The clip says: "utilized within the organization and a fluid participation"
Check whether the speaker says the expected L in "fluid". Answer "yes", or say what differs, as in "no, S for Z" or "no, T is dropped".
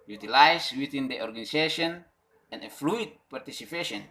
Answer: yes